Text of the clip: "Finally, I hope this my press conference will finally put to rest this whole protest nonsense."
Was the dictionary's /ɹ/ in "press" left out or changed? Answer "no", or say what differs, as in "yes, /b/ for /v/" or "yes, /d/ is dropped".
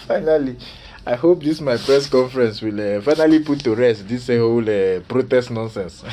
no